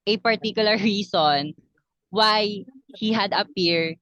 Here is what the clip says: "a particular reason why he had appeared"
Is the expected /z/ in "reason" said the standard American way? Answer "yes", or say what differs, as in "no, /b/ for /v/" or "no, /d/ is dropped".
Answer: no, /s/ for /z/